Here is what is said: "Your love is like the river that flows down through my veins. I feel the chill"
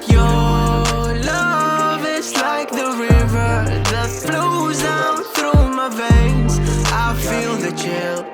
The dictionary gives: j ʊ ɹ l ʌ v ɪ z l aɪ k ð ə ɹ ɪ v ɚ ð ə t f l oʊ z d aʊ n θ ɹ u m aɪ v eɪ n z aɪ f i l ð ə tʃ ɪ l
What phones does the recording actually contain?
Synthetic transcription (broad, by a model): j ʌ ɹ l ʌ v ɪ z l aɪ k ð ə ɹ ɪ v ɚ ð ə t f l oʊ z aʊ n θ ɹ u m aɪ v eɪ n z aɪ f i l ð ə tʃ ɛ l